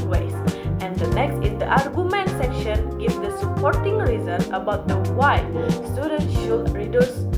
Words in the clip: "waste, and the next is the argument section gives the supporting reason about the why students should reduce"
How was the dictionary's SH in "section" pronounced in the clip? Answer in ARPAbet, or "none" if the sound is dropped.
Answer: SH